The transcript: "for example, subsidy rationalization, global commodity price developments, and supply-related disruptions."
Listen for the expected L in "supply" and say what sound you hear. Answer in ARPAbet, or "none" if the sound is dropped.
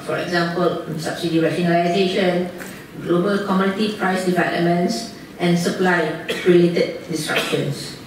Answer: L